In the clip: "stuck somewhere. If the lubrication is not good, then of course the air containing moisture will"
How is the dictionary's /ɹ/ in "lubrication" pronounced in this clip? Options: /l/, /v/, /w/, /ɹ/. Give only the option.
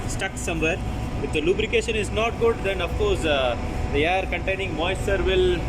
/ɹ/